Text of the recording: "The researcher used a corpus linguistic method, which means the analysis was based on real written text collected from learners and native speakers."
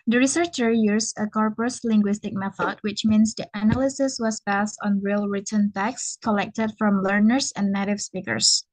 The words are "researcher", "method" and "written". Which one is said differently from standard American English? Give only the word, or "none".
none